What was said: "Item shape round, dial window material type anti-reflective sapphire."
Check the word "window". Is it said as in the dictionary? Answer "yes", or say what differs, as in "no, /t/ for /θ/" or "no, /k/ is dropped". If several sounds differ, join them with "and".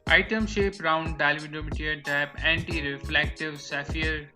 no, /n/ is dropped